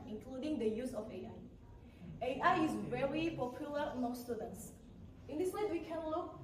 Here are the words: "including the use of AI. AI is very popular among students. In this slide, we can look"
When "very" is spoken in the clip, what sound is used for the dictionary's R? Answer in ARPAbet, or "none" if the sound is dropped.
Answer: R